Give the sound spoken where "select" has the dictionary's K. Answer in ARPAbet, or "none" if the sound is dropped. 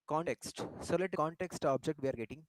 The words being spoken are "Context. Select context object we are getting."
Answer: none